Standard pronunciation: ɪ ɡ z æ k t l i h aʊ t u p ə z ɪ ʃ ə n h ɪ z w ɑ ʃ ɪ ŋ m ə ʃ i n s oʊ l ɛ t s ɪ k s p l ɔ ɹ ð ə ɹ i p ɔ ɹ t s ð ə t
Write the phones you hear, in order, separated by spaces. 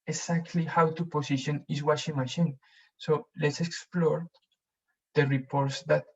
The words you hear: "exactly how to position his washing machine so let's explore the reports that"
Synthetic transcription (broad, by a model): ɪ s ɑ k t l i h aʊ t u p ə s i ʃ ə n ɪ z w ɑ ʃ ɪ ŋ m ə ʃ i n s oʊ l ɛ t s ɪ k s p l ɔ ɹ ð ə ɹ i p ɔ ɹ t s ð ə t